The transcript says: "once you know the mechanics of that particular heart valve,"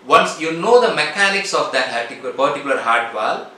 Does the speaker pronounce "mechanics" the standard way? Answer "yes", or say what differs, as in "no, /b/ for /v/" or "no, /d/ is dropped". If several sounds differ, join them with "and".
yes